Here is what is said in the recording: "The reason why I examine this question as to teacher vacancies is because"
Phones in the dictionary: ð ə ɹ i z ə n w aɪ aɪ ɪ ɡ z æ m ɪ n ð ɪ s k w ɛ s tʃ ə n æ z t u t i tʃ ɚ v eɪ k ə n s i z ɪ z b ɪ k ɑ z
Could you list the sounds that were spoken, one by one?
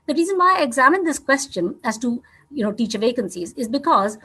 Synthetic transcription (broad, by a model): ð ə ɹ i z ə n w aɪ aɪ ɪ ɡ z æ m ɪ n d ɪ s k w ɛ s tʃ ə n æ z t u t i tʃ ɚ v eɪ k ə n s i z ɪ z b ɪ k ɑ z